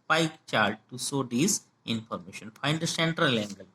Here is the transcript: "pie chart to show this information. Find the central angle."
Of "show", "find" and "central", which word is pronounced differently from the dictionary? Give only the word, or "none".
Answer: show